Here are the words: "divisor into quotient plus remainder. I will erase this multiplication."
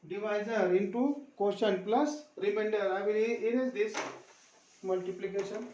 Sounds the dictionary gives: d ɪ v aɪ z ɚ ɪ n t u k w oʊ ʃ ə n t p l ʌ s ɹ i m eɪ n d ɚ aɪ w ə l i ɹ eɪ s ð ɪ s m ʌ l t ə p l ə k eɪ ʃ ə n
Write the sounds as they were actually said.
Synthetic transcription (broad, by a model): d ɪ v aɪ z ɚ ɪ n t u k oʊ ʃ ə n p l ʌ s ɹ i m eɪ n d ɚ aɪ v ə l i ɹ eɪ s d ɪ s m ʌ l t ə p l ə k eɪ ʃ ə n